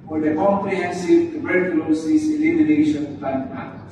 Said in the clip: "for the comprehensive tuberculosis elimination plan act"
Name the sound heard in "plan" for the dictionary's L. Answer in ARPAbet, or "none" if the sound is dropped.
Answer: none